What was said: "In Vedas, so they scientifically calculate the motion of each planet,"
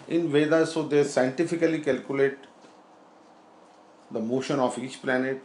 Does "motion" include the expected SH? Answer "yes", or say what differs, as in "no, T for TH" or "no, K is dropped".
yes